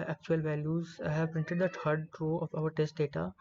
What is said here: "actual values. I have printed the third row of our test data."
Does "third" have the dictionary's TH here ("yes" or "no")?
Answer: no